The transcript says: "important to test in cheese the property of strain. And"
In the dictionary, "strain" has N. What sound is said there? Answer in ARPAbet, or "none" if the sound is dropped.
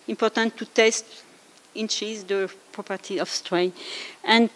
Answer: none